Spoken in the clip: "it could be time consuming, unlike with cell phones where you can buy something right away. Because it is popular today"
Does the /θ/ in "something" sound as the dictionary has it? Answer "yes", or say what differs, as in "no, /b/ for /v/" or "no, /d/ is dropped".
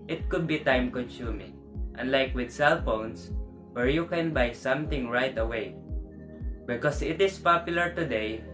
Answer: no, /t/ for /θ/